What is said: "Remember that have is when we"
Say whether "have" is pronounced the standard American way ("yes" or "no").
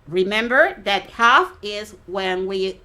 no